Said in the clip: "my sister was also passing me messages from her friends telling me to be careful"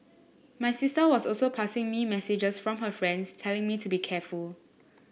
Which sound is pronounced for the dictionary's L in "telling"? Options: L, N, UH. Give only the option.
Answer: L